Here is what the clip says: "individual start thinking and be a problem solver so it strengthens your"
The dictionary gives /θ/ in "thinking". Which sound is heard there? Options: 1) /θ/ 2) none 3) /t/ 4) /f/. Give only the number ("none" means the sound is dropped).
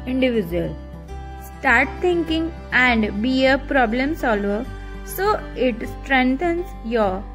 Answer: 3